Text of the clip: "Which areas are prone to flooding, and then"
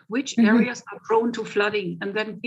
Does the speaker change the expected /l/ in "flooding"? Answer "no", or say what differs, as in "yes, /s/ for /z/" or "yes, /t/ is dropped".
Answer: no